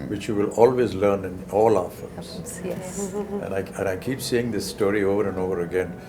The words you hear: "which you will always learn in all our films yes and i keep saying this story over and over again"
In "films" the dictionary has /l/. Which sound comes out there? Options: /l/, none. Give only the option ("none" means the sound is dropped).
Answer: none